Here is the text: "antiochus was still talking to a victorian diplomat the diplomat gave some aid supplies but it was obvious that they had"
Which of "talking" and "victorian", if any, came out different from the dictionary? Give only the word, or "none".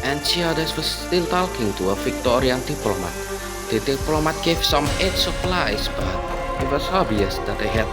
victorian